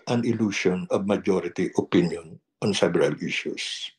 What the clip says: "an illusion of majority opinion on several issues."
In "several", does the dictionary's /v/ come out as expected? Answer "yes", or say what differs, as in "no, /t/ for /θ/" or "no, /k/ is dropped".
no, /b/ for /v/